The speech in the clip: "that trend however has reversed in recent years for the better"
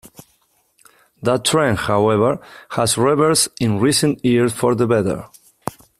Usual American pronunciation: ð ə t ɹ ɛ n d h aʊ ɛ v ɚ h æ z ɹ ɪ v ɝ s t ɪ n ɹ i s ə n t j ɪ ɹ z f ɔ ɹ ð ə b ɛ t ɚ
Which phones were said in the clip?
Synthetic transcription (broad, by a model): ð ə t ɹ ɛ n h aʊ ɛ v ɚ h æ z ɹ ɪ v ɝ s ɪ n ɹ i s ə n t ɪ ɹ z f ɔ ɹ ð ə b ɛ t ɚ